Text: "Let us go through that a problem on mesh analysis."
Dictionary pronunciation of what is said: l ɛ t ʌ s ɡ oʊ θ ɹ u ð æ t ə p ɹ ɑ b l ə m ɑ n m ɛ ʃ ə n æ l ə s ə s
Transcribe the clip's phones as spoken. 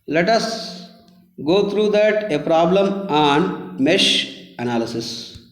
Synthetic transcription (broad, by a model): l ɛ t ʌ s ɡ oʊ t ɹ u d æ t ə p ɹ ɑ b l ə m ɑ n m ɛ ʃ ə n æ l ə s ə s